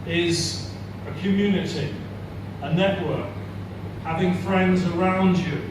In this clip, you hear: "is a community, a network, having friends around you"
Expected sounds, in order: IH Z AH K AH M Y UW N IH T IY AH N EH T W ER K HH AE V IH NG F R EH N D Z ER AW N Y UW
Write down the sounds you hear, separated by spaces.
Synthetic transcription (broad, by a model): IH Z AH K AH M Y UW N IH T IY AH N EH T W ER K HH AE V IH NG F R EH N D Z ER AW N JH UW